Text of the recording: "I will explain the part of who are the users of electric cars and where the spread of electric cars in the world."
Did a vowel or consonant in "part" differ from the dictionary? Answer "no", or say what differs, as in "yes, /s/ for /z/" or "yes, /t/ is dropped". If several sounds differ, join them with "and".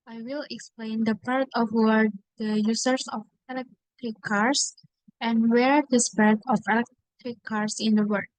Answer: no